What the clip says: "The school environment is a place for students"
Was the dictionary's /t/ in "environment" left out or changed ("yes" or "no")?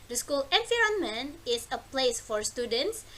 yes